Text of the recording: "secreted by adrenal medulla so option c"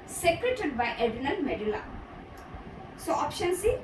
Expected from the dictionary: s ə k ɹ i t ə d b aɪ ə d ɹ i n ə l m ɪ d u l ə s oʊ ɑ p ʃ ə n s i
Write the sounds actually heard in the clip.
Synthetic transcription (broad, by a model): s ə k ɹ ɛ t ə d b aɪ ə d i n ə n m ɪ d u l ə s oʊ ɑ p ʃ ə n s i